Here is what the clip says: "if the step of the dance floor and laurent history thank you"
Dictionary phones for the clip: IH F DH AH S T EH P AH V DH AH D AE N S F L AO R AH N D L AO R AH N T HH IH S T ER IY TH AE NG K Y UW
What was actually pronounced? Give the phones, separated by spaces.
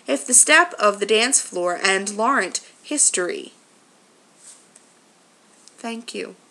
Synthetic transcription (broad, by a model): IH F DH AH S T EH P AH V DH AH D AE N S F L AO R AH N L AO R AH N T HH IH S T ER IY TH AE NG K Y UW